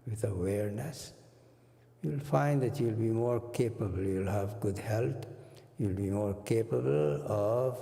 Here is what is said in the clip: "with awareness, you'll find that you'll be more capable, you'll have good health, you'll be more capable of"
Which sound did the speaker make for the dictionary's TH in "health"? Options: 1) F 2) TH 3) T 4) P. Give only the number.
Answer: 3